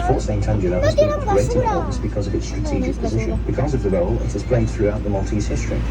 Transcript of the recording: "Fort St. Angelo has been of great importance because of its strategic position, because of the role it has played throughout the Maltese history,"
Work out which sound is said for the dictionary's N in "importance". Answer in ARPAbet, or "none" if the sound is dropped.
none